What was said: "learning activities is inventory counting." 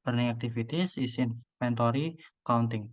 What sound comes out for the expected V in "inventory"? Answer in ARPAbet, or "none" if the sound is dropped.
P